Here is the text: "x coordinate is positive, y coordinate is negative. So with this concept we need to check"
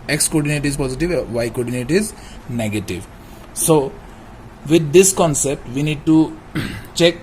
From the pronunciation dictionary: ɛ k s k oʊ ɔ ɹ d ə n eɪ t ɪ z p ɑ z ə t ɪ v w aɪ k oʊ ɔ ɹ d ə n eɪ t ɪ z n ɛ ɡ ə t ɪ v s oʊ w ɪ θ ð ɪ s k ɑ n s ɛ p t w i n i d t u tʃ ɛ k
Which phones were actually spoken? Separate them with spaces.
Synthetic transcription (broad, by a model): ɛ k s k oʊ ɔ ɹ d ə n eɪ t ɪ z p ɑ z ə t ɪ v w aɪ k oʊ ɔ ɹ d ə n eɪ t ɪ z n ɛ ɡ ə t ɪ v s oʊ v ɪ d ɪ s k ɑ n s ɛ p t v i n i d t u tʃ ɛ k